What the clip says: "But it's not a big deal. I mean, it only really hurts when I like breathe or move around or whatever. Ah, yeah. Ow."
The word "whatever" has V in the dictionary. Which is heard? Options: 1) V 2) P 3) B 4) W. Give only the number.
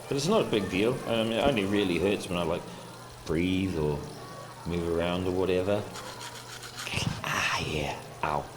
1